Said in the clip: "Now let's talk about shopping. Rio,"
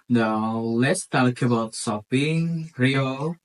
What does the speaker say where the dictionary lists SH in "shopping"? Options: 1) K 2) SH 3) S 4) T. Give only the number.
3